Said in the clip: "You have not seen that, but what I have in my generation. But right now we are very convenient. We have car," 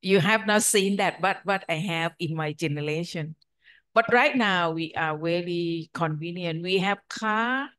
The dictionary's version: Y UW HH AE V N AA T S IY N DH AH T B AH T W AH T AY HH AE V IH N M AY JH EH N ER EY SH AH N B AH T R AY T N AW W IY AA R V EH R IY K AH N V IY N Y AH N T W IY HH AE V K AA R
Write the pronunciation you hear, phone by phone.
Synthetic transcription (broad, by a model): Y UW HH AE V N AA T S IY N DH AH T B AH T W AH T AY HH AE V IH N M AY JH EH N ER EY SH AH N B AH T R AY T N AW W IY AA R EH L IY K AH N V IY N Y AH N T W IY HH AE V K AA